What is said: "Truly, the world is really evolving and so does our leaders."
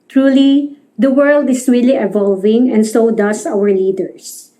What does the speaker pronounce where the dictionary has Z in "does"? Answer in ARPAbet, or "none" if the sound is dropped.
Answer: S